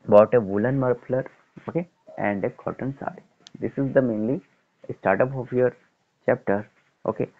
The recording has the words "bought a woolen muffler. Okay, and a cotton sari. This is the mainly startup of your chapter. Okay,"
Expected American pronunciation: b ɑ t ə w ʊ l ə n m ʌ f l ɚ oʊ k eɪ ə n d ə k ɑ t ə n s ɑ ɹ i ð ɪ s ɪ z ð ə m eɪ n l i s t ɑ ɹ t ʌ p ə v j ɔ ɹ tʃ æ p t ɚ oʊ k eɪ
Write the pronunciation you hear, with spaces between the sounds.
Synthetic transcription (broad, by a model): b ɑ t ə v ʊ l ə n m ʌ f l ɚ oʊ k eɪ ə n d ə k ɑ t ə n s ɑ i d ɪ s ɪ z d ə m eɪ n l i s t ɑ ɹ t ʌ p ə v j ɔ ɹ tʃ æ p t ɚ oʊ k eɪ